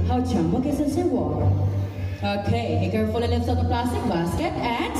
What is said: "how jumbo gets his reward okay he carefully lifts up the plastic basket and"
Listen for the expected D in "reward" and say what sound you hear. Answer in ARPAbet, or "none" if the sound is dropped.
none